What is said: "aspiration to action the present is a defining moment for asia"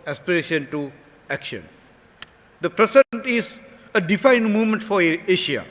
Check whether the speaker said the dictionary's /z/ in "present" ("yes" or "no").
no